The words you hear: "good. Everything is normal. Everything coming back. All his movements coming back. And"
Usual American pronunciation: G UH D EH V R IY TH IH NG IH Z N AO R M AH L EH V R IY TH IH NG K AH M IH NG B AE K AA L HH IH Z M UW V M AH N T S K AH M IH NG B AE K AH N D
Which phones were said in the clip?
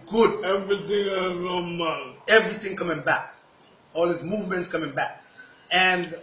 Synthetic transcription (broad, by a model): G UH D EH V R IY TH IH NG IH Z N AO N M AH N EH V R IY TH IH NG K AH M IH NG B AE K AA L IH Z M UW V M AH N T S K AH M IH NG B AE K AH N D